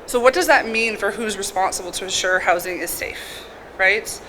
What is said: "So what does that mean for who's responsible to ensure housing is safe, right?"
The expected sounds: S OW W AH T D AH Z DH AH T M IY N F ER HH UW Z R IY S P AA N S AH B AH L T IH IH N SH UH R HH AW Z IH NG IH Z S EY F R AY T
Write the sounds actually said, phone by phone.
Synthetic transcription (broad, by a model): S OW W AH T D AH Z DH AH T M IY N F ER HH UW Z R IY S P AA N S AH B L T IH IH N SH UH R HH AW Z IH NG IH Z S EY F R AY T